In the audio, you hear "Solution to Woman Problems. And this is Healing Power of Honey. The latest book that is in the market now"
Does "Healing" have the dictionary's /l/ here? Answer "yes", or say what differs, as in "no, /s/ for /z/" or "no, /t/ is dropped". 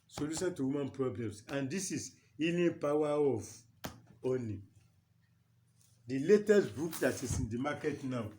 no, /n/ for /l/